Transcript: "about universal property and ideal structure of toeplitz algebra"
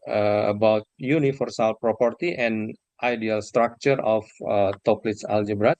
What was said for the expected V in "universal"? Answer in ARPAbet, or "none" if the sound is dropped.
F